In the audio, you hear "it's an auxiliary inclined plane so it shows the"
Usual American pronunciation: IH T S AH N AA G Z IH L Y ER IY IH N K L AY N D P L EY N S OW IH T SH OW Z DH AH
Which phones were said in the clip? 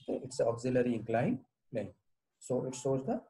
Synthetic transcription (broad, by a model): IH T S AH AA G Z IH L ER IY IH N K L AY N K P L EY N S OW IH T S OW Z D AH